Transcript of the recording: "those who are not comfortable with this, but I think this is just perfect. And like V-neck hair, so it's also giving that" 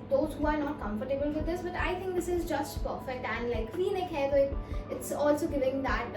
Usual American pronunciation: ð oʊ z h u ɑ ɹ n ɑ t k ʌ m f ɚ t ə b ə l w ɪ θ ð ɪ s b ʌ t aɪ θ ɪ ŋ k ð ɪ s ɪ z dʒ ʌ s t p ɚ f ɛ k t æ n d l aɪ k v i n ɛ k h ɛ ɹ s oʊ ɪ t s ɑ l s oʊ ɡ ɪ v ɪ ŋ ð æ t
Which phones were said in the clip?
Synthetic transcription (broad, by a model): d oʊ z h u ɑ ɹ n ɑ t k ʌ m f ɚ t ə b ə l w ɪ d ɪ s b ʌ t aɪ t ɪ ŋ k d ɪ s ɪ z dʒ ʌ s t p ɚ f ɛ k t æ n d l aɪ k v i n ɛ k h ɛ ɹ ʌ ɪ ɪ t s ɑ l s oʊ ɡ ɪ v ɪ ŋ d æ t